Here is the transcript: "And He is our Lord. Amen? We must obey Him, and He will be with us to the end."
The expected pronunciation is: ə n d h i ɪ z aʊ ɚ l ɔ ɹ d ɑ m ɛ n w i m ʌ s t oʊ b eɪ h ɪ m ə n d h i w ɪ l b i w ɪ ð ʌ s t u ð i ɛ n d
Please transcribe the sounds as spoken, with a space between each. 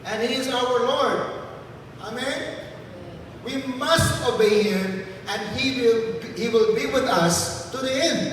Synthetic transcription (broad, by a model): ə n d h i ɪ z aʊ ɚ l ɔ ɹ d ɑ m ɛ n w i m ʌ s t oʊ b eɪ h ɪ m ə n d h i w ɪ l b i w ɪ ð ʌ s t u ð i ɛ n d